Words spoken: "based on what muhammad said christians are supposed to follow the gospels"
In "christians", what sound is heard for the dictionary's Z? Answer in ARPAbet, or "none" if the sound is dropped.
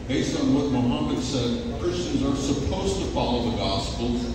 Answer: Z